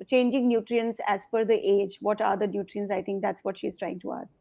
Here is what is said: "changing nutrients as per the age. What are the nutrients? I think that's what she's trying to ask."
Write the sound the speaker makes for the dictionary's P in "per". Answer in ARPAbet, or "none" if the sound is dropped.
F